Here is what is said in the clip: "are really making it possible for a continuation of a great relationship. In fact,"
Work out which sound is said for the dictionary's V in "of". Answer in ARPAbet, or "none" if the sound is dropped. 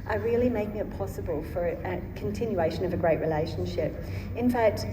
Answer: V